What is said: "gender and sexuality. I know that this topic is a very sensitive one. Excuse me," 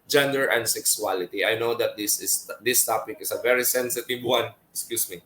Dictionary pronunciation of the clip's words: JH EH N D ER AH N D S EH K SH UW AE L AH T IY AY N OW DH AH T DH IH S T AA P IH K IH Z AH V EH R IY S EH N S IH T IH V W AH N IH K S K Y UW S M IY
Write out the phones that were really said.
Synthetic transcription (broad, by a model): JH EH N D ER AH N D S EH K S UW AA L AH T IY AY N OW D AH T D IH S T AA P IH K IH S AH V EH R IY S EH N S IH T IH V W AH N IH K S K Y UW S M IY